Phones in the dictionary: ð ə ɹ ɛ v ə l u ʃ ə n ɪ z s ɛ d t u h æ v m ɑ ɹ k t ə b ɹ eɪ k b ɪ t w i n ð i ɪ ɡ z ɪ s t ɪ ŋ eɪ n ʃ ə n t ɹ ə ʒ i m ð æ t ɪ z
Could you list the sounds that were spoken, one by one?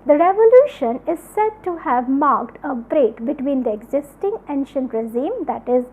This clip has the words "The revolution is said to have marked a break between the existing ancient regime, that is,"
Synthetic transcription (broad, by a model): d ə ɹ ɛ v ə l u ʃ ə n ɪ z s ɛ d t u h æ v m ɑ ɹ k t ə b ɹ eɪ k b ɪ t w i n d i ɪ ɡ z ɪ s t ɪ ŋ eɪ n ʃ ə n t ɹ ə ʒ i m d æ t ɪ z